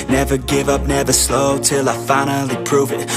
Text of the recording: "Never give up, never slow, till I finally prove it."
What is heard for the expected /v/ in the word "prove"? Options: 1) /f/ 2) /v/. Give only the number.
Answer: 2